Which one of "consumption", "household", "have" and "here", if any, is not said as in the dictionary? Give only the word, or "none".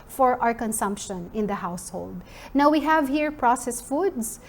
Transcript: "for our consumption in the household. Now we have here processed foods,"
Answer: none